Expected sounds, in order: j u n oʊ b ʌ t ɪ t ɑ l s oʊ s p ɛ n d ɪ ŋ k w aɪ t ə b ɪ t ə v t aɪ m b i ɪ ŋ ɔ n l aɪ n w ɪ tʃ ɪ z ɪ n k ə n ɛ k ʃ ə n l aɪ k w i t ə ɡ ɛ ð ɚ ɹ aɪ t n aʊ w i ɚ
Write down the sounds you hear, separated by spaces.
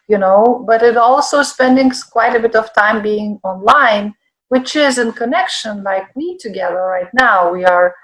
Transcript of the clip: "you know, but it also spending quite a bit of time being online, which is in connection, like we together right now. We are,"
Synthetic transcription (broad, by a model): j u n oʊ b ʌ t ɪ t ɑ l s oʊ s p ɛ n d ɪ ŋ k w aɪ t ə b ɪ t ə v t aɪ m b i ɪ ŋ ɔ n l aɪ n w ɪ tʃ ɪ z ɪ n k ə n ɛ k ʃ ə n l aɪ k w i t ə ɡ ɛ ð ɚ ɹ aɪ t n aʊ w i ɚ